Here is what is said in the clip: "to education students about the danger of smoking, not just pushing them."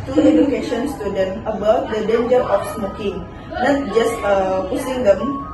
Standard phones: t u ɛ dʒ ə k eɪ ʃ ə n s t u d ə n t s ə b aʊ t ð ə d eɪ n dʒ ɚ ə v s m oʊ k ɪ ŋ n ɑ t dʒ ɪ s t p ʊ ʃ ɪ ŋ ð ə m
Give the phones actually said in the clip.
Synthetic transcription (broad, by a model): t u ɛ dʒ ə k eɪ ʃ ə n s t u d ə n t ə b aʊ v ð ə d eɪ n dʒ ɚ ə f s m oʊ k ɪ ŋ n ɑ t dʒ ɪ s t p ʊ s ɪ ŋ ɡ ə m